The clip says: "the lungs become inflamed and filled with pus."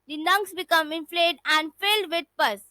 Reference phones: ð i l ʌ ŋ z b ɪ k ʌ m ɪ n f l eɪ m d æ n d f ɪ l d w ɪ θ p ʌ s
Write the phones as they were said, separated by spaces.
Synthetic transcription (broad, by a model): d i n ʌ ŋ s b ɪ k ʌ m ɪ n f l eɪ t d æ n d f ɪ l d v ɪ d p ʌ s